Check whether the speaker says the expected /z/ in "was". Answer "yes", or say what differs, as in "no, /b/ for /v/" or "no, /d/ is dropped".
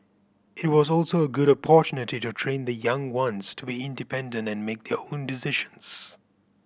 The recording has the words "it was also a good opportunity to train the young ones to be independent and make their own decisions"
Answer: yes